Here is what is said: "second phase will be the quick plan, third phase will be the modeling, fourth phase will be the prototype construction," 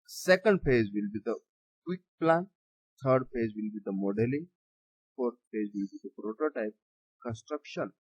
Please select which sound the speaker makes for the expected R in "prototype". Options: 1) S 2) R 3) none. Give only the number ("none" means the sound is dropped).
2